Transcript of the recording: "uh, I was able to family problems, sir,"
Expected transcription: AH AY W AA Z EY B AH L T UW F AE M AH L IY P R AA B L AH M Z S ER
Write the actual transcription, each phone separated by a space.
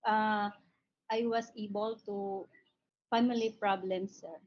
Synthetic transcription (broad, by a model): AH AY W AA S EY B AH L T UW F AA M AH L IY P R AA B L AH M S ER